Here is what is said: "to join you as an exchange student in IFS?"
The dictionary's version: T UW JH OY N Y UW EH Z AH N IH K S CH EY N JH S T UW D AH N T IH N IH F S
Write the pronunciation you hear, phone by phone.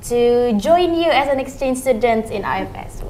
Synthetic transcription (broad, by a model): T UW JH OY N Y UW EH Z AH N IH K S CH EY N JH S T UW D AH N T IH N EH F S